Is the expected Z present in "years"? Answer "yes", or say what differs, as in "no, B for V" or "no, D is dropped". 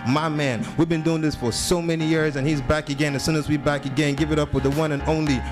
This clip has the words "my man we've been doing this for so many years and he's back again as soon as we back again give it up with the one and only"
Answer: yes